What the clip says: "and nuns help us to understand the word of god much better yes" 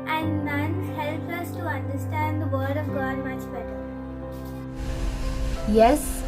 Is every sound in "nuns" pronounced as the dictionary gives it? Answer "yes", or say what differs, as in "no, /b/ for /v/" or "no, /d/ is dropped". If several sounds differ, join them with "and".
no, /z/ is dropped